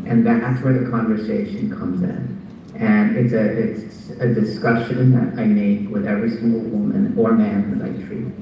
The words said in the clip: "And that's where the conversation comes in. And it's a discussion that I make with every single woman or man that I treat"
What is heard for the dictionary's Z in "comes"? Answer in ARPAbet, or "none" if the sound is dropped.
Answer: Z